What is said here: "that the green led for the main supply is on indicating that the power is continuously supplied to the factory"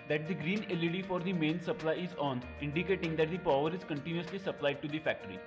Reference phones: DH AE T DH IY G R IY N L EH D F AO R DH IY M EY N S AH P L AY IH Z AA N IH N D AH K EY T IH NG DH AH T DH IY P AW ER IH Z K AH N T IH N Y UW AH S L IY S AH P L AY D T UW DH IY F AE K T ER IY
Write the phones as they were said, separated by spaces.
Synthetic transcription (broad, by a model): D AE T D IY G R IY N L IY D F AO R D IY M EY N S AH P L AY IH Z AA N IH N D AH K EY T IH NG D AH T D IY P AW ER IH Z K AH N T IH N Y UW AH S L IY S AH P L AY D T UW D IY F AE K T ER IY